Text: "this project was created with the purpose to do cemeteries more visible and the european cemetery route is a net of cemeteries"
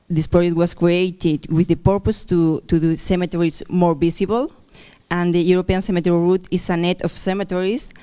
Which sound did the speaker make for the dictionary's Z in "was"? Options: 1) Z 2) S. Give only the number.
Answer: 2